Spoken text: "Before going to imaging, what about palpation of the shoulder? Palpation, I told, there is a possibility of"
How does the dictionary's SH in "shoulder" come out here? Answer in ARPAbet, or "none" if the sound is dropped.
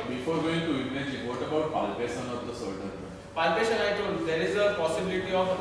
S